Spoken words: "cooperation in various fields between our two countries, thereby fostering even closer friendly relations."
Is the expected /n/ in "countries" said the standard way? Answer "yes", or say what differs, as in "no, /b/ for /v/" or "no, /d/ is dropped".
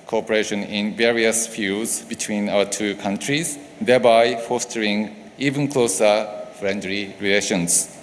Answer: yes